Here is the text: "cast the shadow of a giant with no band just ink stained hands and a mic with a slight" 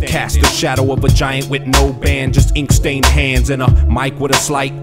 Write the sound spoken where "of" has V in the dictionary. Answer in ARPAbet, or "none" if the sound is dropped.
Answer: V